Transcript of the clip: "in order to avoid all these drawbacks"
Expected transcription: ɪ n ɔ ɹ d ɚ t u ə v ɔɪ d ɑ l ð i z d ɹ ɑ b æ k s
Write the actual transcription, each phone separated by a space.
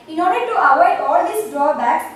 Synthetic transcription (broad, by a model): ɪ n ɔ ɹ d ɚ t u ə w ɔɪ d ɑ l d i s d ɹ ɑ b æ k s